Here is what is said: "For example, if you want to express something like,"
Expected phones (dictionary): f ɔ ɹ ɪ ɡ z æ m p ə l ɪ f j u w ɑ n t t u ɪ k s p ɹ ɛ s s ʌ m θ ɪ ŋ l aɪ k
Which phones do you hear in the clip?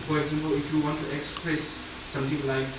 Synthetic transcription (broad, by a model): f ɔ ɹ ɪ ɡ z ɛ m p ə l ɪ f j u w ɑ n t t u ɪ k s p ɹ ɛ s s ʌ m t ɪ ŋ l aɪ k